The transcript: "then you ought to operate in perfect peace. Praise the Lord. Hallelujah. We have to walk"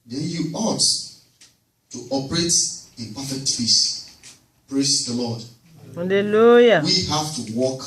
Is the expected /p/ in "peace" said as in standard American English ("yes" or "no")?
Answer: no